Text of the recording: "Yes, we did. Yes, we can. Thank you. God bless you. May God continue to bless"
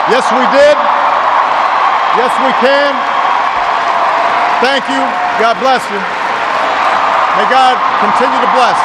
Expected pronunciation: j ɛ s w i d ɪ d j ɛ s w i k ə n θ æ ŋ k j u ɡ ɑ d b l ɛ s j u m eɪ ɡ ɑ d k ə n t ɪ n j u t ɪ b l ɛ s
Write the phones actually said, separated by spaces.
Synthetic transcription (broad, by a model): j ɛ s w i d ɪ d j ɛ s w i k ə n θ æ ŋ k j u ɡ ɑ d b l ɛ s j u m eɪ ɡ ɑ d k ə n t ɪ n j u t ɪ b l ɛ s